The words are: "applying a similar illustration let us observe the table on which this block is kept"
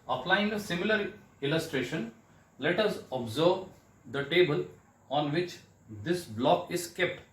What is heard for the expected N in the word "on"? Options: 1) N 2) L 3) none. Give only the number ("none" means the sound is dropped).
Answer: 1